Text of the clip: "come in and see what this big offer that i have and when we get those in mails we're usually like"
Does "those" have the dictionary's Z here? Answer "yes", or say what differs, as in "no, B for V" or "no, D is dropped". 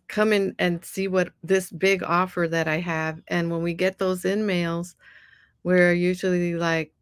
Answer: yes